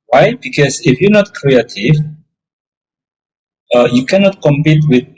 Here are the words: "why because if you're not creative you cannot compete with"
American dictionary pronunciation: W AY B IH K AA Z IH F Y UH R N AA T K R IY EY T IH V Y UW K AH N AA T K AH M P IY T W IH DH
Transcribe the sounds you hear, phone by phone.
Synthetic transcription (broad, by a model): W AY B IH K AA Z IH F Y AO N AA T K R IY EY T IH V Y UW K AH N AA T K AH M P IY T W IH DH